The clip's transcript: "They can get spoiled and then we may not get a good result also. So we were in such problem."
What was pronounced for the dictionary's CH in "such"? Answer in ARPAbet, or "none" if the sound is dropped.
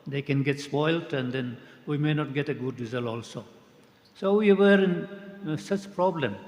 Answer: CH